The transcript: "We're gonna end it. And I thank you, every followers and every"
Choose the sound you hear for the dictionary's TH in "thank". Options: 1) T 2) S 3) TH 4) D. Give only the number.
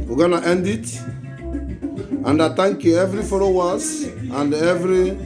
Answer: 1